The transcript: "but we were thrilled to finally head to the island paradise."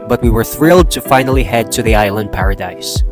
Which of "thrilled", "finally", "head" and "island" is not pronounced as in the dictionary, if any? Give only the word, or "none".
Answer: none